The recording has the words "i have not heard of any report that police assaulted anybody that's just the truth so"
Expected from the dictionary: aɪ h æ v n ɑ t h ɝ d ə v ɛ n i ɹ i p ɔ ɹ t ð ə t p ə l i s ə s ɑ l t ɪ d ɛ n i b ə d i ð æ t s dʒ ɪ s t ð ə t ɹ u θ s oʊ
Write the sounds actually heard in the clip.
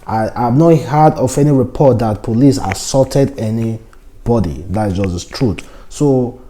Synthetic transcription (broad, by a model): aɪ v n ɑ t h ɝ d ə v ɛ n i ɹ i p ɔ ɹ t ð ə t p ə l i s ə s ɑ t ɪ d ɛ n i b ə d i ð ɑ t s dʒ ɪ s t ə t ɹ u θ s oʊ